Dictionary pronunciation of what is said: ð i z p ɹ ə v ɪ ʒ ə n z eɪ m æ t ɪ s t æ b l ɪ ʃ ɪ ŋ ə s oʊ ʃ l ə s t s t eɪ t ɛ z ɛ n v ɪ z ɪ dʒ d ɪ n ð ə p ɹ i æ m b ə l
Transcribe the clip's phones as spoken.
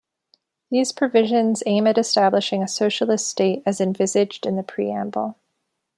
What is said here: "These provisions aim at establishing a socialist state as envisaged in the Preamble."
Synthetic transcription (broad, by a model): ð i z p ɹ ə v ɪ ʒ ə n z eɪ m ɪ t ɪ s t æ b l ɪ ʃ ɪ ŋ ə s oʊ ʃ l ə s t s t eɪ t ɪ z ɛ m v ɪ z ɪ dʒ d ɪ n ð ə p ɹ i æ m b l